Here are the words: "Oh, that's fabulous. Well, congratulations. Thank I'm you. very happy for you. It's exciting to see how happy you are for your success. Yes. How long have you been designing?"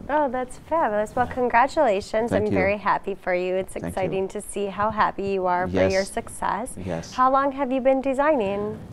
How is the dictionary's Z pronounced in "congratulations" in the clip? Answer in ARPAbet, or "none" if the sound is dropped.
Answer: Z